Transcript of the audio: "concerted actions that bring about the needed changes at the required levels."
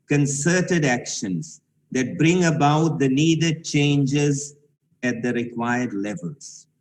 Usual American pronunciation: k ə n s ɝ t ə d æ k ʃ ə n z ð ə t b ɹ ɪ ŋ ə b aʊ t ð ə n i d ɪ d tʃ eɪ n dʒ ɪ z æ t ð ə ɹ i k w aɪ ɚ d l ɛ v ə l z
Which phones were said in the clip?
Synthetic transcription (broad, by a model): k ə n s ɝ t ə d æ k ʃ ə n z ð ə t b ɹ ɪ ŋ ə b aʊ t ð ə n i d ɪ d tʃ eɪ n dʒ ɪ z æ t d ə ɹ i k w aɪ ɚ d l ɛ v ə l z